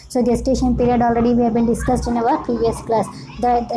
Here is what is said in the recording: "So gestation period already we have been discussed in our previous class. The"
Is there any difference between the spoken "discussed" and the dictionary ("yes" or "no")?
no